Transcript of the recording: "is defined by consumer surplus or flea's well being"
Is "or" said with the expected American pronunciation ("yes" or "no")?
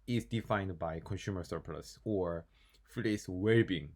yes